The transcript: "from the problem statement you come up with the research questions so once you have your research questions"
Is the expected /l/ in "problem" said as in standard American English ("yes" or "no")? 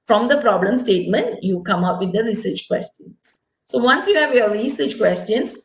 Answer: yes